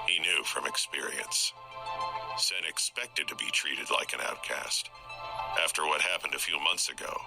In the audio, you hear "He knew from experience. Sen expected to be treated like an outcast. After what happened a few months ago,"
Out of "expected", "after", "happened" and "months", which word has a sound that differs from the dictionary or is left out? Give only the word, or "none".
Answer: none